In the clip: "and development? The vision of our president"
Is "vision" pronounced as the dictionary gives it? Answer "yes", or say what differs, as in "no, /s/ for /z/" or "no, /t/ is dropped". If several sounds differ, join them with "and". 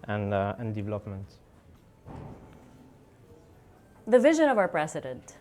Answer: yes